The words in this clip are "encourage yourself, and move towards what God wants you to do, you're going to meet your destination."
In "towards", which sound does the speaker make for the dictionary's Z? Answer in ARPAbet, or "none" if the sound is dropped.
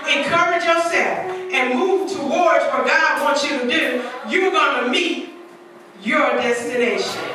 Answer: Z